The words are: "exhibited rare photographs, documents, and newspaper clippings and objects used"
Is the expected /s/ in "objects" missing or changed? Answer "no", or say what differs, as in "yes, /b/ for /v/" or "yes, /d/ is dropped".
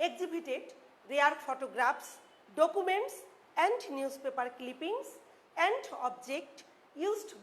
yes, /s/ is dropped